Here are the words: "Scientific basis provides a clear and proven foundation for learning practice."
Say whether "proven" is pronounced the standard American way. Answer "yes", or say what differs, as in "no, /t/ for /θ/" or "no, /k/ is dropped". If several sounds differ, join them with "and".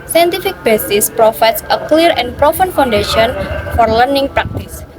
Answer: no, /f/ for /v/